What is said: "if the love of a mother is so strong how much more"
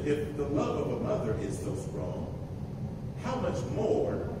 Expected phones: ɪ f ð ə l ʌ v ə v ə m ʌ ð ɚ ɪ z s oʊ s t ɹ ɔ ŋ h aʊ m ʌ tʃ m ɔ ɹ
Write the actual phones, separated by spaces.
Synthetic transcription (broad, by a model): ɪ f ð ə l ʌ v ə v ə m ʌ ð ɚ ɪ z s oʊ s t ɹ ɔ ŋ h aʊ m ʌ tʃ m ɔ ɹ